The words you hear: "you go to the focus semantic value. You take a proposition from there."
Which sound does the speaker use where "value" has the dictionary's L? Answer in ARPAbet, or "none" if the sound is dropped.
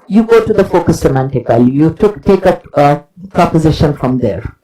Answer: L